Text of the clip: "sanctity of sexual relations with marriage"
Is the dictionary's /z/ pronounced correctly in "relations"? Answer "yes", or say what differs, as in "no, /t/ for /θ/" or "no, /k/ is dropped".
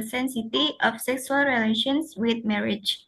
no, /s/ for /z/